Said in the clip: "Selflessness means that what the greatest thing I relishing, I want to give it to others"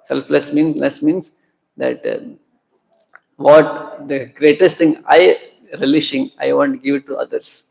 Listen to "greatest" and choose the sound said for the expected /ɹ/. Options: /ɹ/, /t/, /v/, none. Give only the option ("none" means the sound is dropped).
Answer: /ɹ/